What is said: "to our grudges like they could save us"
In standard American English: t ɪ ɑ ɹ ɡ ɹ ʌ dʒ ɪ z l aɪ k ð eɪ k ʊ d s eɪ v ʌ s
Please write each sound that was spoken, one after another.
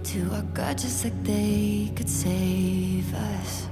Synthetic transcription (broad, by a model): t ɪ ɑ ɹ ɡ ʌ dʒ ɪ s l aɪ k ð eɪ k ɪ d s eɪ v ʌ s